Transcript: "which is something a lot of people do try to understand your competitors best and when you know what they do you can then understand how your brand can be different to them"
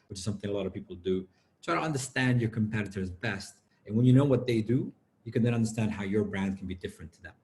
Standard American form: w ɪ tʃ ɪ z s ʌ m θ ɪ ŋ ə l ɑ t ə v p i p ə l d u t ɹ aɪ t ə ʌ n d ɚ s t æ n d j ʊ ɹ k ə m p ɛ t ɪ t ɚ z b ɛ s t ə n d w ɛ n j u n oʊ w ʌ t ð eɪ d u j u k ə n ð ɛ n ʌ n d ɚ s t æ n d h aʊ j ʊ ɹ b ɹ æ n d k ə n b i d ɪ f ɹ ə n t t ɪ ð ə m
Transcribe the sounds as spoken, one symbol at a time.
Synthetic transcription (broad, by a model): w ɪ tʃ ɪ z s ʌ m θ ɪ ŋ ə l ɑ t ə v p i p l d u t ɹ aɪ t ə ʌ n d ɚ s t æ n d j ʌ ɹ k ə m p ɛ t ɪ t ɚ z b ɛ s t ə n w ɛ n j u n oʊ w ʌ t ð eɪ d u j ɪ k ə n ð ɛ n ʌ n d ɚ s t æ n d h aʊ j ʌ ɹ b ɹ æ n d k n b i d ɪ f ɹ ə n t t ɪ ð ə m